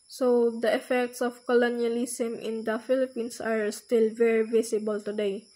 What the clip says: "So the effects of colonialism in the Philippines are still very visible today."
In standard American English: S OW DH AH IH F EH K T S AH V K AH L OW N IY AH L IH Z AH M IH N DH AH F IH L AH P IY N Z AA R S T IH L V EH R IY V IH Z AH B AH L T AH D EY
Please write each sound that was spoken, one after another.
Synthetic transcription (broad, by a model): S OW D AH IH F EH K T S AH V K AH L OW N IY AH L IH S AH M IH N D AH F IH L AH P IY N S AA R S T IH L V EH R IY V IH S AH B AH L T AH D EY